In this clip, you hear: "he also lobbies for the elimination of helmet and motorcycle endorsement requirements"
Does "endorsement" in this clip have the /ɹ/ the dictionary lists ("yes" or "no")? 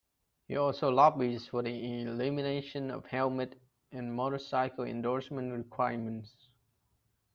yes